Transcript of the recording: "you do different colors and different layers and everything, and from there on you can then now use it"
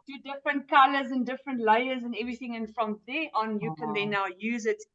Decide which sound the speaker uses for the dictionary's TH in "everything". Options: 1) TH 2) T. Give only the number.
1